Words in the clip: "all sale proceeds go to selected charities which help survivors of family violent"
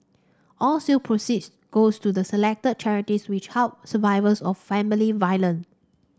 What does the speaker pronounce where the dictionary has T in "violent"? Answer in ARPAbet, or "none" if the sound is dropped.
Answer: none